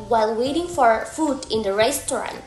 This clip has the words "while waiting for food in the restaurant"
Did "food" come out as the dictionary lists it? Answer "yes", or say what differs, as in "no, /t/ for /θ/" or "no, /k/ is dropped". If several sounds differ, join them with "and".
yes